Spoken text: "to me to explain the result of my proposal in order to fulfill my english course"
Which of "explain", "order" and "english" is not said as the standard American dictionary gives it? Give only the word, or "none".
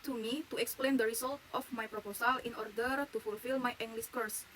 english